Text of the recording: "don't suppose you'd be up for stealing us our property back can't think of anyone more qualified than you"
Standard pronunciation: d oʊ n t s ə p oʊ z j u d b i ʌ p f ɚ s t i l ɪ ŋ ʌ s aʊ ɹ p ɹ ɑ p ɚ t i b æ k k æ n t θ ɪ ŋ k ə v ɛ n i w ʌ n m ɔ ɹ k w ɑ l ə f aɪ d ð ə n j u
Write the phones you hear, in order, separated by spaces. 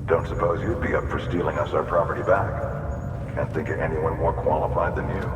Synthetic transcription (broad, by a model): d oʊ n t s ə p oʊ z j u d b i ʌ p f ɚ s t i l ɪ ŋ ʌ s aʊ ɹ p ɹ ɑ p ɚ t i b æ k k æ n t θ ɪ ŋ k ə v ɛ n i w ʌ n m ɔ ɹ k w ɑ l ə f aɪ d ð ə n j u